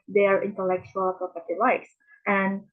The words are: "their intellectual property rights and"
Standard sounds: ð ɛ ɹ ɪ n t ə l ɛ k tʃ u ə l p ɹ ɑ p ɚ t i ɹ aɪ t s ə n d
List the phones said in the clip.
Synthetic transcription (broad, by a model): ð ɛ ɹ ɪ n t ə l ɛ k tʃ u ə l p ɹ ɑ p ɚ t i l aɪ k s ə n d